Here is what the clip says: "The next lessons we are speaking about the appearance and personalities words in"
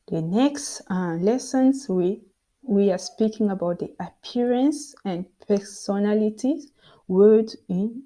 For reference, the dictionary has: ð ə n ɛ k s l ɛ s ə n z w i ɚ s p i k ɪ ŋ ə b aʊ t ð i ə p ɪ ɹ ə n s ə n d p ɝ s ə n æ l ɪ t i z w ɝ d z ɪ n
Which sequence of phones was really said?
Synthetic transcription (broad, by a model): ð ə n ɛ k s l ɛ s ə n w w i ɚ s p i k ɪ ŋ ə b aʊ t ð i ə p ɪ ɹ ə n s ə n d p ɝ s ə n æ l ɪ t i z w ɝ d ɪ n